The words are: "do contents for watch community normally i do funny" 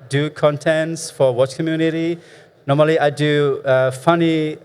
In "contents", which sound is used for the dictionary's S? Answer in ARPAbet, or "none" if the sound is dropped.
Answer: S